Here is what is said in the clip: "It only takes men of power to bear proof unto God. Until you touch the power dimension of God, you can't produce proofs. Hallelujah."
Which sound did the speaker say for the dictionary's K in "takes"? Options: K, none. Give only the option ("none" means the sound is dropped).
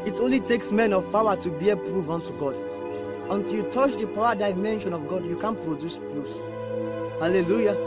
K